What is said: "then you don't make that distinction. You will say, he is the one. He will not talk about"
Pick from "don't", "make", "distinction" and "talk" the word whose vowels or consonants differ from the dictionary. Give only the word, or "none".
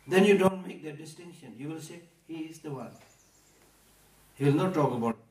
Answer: none